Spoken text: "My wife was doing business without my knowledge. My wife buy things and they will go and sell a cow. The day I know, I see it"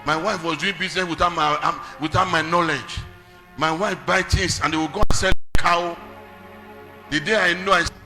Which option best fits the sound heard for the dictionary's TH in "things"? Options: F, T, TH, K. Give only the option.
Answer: T